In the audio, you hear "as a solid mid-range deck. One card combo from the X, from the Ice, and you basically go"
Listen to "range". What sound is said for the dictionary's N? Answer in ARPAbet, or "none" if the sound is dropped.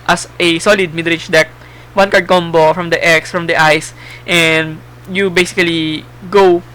none